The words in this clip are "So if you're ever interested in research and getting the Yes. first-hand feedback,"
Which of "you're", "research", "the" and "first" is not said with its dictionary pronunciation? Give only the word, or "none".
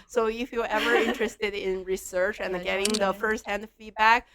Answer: you're